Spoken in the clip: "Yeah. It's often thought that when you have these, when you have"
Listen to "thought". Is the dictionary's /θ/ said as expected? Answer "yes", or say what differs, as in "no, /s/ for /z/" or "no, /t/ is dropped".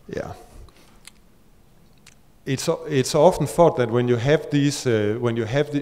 no, /f/ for /θ/